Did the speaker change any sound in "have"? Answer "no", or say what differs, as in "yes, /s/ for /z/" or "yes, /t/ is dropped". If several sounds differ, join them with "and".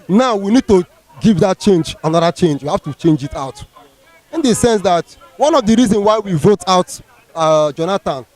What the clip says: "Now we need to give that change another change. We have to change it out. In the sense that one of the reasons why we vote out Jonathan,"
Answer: yes, /f/ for /v/